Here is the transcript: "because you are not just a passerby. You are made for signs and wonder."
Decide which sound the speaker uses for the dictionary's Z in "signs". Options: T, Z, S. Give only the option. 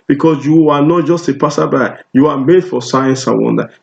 S